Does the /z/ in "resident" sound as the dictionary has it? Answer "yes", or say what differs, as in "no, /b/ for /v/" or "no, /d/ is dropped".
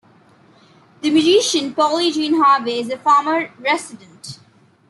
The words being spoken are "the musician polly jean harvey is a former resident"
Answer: no, /s/ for /z/